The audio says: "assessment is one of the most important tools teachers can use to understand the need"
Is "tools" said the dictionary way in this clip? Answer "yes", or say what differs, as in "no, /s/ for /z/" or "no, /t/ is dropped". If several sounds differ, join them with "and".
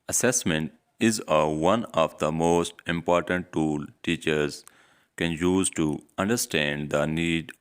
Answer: no, /z/ is dropped